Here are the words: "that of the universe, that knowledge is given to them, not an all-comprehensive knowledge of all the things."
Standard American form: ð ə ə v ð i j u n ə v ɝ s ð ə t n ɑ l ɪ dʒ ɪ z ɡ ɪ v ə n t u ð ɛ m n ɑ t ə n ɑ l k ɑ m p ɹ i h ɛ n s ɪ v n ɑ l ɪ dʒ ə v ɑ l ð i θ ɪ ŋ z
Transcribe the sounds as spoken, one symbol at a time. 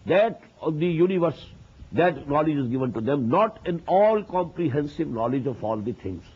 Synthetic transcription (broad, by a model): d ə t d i j u n ə v ɝ s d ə t n ɑ l ɪ dʒ ɪ z ɡ ɪ v ə n t u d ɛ m n ɑ t ə n ɑ l k ɑ m p ɹ i h ɛ n s ɪ v n ɑ l ɪ dʒ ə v ɑ l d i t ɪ ŋ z